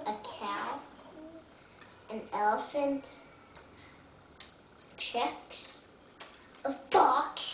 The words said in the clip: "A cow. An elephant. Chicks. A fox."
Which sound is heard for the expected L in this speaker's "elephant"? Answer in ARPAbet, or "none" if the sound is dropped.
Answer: L